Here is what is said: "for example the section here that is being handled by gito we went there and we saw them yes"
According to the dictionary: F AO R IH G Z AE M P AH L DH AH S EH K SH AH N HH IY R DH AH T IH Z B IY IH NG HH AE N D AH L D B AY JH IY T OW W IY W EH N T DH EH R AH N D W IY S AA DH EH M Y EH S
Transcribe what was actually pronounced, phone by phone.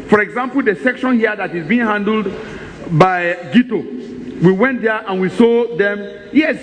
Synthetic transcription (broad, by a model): F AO R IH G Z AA M P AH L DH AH S EH K SH AH N HH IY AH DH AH T IH Z B IY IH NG HH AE N D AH L D B AY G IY T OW W IY W EH N T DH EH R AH N W IY S AA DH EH M Y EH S